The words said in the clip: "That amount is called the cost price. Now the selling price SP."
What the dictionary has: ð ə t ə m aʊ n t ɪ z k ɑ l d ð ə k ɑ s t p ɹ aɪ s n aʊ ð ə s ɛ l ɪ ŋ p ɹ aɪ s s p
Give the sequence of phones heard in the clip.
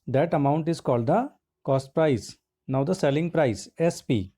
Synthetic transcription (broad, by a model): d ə t ə m aʊ n t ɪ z k ɑ l d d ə k ɑ s t p ɹ aɪ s n aʊ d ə s ɛ l ɪ ŋ p ɹ aɪ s s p